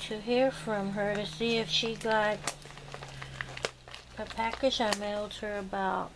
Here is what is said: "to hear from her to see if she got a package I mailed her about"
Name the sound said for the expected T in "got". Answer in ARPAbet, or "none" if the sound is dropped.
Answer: T